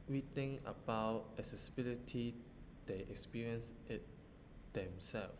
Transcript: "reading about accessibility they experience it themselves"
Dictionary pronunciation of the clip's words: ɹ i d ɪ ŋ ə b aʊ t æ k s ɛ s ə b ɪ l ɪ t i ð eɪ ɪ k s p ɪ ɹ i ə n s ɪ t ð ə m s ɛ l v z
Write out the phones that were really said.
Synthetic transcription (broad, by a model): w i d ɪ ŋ ə b aʊ t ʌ s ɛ s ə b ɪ l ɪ t i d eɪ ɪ k s p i ɹ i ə n s ɪ t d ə m s ɛ l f